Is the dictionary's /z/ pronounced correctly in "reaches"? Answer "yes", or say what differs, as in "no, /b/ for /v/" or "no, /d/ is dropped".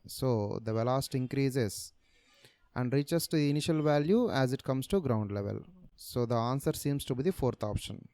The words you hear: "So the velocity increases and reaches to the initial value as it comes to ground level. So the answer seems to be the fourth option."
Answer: no, /s/ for /z/